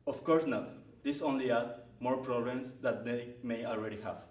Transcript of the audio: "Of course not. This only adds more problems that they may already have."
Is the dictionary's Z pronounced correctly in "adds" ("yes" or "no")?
no